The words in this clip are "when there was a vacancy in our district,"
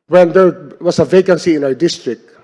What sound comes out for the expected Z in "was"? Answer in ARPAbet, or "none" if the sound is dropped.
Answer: S